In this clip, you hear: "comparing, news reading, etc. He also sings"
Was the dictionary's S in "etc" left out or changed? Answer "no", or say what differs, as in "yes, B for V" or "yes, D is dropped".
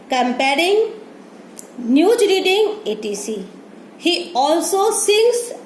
yes, S is dropped